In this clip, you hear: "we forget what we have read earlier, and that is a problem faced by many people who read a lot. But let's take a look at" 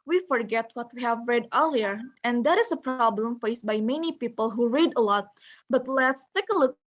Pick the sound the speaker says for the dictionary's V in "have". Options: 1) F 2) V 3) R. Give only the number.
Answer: 2